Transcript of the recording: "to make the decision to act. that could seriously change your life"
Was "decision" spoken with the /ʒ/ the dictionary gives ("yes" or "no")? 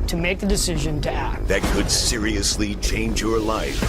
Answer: yes